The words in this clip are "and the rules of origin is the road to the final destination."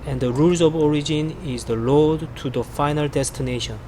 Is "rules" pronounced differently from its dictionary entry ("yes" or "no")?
no